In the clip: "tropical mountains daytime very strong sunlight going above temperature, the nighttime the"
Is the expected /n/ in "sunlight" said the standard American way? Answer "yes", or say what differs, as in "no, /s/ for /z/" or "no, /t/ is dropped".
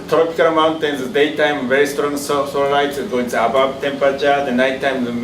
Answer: no, /l/ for /n/